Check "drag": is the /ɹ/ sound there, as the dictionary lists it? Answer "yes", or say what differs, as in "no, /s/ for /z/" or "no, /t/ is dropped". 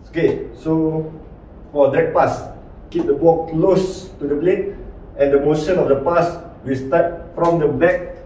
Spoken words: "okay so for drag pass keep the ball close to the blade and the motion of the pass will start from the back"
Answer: no, /ɹ/ is dropped